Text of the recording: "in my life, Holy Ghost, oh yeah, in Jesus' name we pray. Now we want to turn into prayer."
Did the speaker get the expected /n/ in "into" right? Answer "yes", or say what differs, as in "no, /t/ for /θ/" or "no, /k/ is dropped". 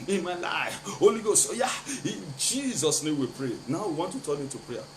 no, /n/ is dropped